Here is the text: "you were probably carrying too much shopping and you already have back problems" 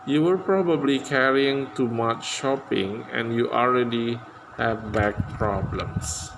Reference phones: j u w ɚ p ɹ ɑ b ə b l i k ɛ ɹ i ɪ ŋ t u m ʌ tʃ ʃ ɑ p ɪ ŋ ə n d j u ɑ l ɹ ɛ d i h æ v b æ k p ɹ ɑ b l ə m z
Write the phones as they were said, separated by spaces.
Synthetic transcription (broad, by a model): j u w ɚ p ɹ ɑ b ə b l i k ɛ ɹ i ɪ ŋ t u m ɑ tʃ ʃ ɑ p ɪ ŋ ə n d j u ɑ l ɹ ɛ d i h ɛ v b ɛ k p ɹ ɑ b l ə m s